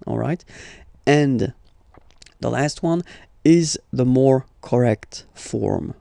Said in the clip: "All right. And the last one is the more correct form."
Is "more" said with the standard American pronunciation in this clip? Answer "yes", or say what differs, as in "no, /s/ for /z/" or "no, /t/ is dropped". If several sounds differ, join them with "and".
yes